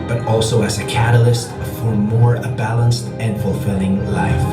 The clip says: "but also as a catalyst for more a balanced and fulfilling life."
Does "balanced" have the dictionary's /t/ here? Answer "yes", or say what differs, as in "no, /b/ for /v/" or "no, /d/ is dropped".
yes